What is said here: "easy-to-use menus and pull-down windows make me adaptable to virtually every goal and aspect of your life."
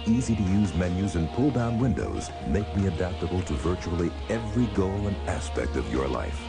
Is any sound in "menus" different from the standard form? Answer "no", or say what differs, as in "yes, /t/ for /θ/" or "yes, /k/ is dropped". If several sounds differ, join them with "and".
no